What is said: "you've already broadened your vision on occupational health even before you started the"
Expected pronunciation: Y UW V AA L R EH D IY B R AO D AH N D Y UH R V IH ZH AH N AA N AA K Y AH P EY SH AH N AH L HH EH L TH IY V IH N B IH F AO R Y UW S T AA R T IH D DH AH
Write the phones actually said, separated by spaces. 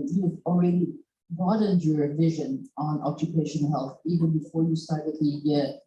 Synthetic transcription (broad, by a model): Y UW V AA L R EH D IY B AO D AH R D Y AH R V IH ZH AH N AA N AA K Y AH P EY SH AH N HH EH L TH IY V IH N B IH F AO R Y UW S T AA R T IH D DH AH